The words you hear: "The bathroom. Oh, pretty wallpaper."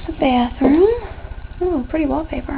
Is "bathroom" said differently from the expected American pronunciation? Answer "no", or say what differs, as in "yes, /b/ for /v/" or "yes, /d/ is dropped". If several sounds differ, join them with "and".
yes, /m/ is dropped